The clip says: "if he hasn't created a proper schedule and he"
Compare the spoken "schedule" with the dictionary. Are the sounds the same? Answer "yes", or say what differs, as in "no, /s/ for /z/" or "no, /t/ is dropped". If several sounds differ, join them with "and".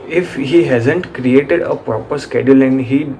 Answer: yes